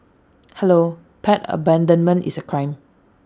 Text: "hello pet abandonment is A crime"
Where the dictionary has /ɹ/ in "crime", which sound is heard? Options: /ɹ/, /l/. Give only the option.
/ɹ/